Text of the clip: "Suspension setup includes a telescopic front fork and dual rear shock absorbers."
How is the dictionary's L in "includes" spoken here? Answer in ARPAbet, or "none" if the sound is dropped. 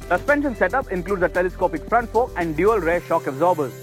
L